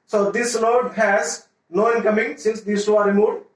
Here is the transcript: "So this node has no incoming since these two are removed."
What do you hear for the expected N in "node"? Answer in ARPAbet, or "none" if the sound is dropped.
L